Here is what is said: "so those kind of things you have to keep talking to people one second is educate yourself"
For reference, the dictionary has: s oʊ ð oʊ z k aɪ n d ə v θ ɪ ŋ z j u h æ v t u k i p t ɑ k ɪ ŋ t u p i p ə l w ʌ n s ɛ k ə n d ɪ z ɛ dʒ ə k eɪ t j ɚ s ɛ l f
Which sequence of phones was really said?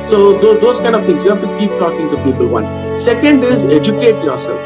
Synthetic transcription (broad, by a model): s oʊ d oʊ s k aɪ n d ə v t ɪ ŋ s j u h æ f t u k i p t ɑ k ɪ ŋ t u p i p ə l w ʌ n s ɛ k ə n d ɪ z ɛ dʒ ə k eɪ t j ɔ s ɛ l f